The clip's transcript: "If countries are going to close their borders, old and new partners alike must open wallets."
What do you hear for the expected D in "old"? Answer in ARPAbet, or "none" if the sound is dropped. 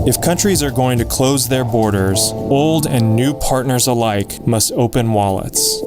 D